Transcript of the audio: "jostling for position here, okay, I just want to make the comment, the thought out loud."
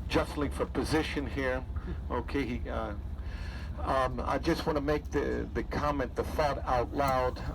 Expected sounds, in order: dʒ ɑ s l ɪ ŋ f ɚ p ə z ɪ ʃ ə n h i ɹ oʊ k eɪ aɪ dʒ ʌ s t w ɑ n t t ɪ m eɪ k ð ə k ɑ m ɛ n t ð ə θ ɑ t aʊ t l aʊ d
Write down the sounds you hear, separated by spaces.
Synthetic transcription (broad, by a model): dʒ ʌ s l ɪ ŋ f ɚ p ə z ɪ ʃ ə n h i ɹ oʊ k eɪ aɪ dʒ ʌ s t w ɑ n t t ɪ m eɪ k ð ə k ɑ m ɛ n ð ə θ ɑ t aʊ t l aʊ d